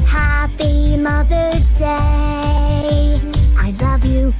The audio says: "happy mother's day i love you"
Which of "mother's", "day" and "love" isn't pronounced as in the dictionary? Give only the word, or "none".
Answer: mother's